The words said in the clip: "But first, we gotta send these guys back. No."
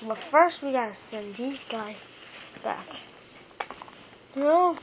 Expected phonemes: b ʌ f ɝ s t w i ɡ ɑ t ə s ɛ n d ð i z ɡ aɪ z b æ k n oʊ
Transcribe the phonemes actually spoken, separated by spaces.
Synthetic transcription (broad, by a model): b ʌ f ɝ s t w i ɡ ɑ t ə s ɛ n ð i z ɡ aɪ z b æ k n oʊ